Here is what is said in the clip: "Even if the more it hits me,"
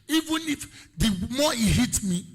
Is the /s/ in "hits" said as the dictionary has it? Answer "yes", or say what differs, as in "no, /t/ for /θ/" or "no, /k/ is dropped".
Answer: no, /s/ is dropped